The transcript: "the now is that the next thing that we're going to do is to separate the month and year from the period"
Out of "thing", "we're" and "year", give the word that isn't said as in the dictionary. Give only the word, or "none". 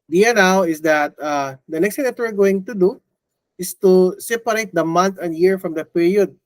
thing